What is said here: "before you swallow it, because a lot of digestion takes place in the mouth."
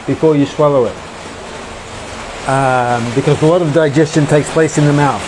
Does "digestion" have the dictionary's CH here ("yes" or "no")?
yes